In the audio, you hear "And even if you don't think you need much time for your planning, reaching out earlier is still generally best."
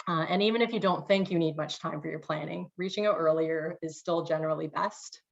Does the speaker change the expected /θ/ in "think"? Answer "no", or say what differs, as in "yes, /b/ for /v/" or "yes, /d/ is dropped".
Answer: no